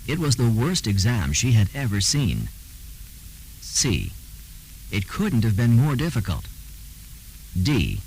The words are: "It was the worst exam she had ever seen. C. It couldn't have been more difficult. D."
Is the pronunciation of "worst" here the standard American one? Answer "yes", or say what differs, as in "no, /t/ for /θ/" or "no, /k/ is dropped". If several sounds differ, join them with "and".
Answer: yes